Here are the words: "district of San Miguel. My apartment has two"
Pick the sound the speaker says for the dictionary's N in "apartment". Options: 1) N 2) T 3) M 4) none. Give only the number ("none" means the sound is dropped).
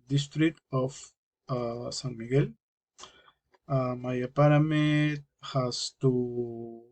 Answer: 4